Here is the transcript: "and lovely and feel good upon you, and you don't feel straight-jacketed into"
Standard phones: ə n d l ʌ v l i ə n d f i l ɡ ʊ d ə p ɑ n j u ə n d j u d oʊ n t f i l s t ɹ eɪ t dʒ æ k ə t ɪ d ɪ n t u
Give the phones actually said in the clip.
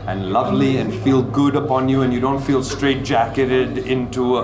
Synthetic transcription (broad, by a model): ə n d l ʌ v l i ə n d f i l ɡ ʊ d ə p ɑ n j u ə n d j u d oʊ n t f i l s t ɹ eɪ t dʒ æ k ə t ɪ d ɪ n t u